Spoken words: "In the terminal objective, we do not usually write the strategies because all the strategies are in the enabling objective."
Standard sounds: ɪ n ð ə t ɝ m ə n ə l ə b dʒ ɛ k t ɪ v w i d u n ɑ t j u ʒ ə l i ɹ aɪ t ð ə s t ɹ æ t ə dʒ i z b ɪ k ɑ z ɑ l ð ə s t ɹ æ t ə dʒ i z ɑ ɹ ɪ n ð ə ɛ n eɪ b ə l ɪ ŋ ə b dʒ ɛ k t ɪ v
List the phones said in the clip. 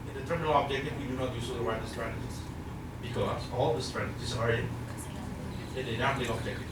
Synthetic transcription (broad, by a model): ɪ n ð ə t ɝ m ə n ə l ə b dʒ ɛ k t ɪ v w i d u n ɑ t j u s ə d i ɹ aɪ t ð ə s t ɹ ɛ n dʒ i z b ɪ k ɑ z ɑ l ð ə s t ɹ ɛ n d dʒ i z ɑ ɹ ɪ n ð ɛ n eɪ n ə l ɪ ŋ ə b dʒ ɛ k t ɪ